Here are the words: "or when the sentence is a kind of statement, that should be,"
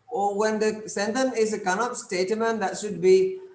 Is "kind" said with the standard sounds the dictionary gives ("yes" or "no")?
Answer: no